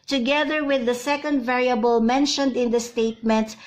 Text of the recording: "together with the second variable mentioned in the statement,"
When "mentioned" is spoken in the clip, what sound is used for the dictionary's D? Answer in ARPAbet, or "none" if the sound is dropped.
D